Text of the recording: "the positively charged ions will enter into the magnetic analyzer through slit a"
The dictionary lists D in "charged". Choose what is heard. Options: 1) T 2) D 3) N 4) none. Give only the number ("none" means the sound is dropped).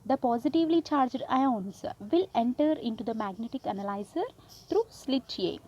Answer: 2